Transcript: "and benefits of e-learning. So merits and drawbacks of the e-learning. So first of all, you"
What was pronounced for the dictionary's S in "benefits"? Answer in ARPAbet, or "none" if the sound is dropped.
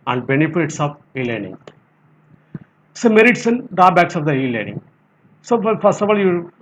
S